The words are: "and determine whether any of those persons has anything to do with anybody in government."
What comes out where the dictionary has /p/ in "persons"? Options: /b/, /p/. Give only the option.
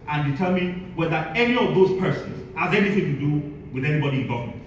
/p/